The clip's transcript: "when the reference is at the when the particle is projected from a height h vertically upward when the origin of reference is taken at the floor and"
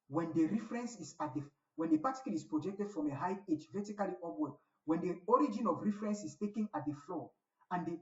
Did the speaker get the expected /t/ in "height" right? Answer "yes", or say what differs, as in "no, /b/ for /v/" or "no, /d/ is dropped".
no, /t/ is dropped